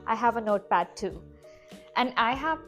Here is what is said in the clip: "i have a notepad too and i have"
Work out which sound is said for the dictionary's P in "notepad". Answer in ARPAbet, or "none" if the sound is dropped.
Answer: B